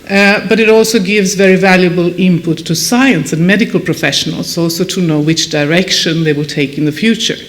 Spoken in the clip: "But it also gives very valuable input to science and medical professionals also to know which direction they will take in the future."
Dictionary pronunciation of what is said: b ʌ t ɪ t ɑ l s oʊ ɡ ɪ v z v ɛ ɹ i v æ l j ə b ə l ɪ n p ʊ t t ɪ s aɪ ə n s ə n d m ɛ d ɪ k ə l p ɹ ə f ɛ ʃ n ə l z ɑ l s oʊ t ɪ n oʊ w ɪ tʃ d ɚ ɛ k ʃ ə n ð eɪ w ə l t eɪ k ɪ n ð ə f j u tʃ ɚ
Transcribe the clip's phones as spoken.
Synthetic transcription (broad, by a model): b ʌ t ɪ t ɑ l s oʊ ɡ ɪ v z v ɛ ɹ i v æ l j ə b ə l ɪ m p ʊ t t ɪ s aɪ ə n s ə n m ɛ d ɪ k ə l p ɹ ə f ɛ ʃ n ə l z ɑ l s oʊ t ɪ n oʊ w ɪ tʃ d ɚ ɛ k ʃ ə n ð eɪ w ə l t eɪ k ɪ n ð ə f j u tʃ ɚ